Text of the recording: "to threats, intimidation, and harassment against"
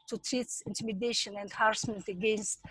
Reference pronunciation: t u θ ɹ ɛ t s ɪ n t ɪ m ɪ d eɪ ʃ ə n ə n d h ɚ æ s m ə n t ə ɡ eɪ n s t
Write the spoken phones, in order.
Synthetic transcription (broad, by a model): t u t ɹ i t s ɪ n t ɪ m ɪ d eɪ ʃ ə n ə n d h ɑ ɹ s m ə n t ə ɡ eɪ n s t